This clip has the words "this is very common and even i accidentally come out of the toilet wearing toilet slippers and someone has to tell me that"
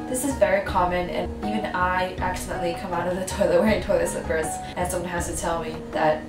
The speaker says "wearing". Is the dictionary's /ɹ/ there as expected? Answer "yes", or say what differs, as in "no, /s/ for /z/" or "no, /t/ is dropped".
no, /ɹ/ is dropped